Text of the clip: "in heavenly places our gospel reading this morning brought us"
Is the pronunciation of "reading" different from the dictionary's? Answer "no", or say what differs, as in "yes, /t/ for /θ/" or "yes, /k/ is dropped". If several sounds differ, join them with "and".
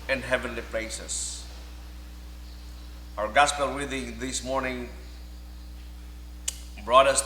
yes, /w/ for /ɹ/